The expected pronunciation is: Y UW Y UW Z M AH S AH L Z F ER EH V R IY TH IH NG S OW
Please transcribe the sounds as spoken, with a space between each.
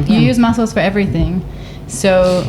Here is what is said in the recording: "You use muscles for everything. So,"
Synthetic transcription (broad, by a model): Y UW Y UW Z M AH S L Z F ER EH V R IY TH IH NG S OW